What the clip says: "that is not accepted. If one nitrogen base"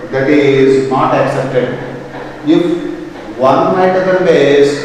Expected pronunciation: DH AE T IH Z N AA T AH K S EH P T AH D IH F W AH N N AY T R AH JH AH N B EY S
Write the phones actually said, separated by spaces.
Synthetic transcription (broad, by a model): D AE T IH Z N AA T AH K S EH P T AH D IH F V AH N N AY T AH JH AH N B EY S